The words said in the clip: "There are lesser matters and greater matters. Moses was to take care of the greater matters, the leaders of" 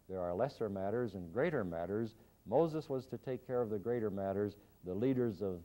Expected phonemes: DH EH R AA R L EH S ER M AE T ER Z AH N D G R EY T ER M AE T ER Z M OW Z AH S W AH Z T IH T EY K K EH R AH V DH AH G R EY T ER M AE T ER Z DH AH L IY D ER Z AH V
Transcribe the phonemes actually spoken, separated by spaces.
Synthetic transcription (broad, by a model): DH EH R AA R L EH S ER M AE T ER Z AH N G R EY T ER M AE T ER Z M OW Z AH S W AH Z T IH T EY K K EH R AH V DH AH G R EY T ER M AE T ER Z DH AH L IY D ER Z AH V